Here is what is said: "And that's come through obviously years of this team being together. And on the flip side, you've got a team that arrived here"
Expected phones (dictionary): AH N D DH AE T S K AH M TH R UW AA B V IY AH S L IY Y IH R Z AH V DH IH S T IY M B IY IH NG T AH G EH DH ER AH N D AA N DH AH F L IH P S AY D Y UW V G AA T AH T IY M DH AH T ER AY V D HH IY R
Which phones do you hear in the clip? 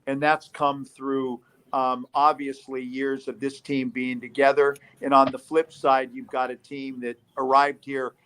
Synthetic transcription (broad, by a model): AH N DH AE T S K AH M TH R UW AA B V IY AH S L IY Y IH R Z AH V DH IH S T IY M B IY IH NG T AH G EH DH ER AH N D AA N DH AH F L IH P S AY D Y UW V G AA T AH T IY M DH AH T ER AY V D HH IY R